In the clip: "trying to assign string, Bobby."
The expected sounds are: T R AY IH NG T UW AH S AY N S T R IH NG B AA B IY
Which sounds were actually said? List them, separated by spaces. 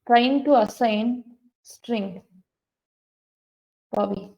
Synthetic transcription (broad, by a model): T R AY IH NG T UW AH S AY N S T R IH NG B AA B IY